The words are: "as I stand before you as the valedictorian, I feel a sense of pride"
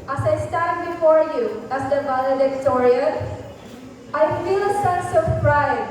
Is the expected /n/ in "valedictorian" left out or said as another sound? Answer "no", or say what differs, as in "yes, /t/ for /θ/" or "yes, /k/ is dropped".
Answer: yes, /n/ is dropped